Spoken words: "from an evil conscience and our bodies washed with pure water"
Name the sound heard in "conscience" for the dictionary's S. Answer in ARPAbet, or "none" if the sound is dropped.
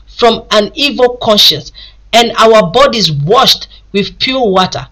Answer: S